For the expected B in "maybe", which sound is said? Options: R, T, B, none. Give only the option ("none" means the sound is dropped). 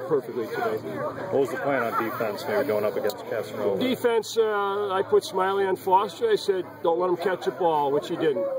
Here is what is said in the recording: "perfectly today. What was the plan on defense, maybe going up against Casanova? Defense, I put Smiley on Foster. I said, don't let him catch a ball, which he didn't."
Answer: none